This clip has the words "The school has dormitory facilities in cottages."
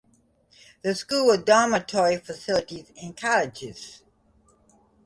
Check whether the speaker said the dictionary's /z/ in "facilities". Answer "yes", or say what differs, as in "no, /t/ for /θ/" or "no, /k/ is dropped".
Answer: yes